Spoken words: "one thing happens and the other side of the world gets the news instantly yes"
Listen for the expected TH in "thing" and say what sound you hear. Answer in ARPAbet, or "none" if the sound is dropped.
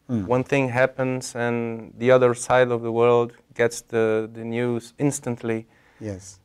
TH